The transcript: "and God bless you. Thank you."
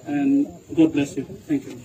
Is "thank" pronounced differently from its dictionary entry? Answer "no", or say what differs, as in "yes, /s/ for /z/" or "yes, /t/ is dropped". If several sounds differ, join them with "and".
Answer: yes, /t/ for /θ/